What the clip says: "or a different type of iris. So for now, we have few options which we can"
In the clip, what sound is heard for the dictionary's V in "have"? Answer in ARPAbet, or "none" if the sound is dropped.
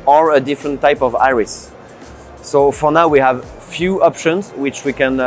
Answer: V